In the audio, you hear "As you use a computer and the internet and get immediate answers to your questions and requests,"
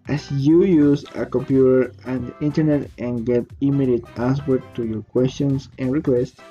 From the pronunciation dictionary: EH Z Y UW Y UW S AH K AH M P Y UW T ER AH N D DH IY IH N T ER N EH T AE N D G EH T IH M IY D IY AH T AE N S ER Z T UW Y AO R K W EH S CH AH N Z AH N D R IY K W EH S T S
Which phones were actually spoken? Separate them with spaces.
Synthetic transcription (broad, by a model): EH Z Y UW Y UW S AH K AH M P Y UW T ER AH N D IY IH N T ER N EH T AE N G EH T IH M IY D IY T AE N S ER T UW Y AO R K W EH S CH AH N S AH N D R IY K W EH S T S